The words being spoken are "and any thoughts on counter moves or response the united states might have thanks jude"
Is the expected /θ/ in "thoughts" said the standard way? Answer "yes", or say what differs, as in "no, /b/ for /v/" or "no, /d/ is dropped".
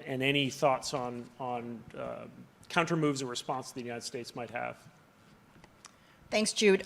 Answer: yes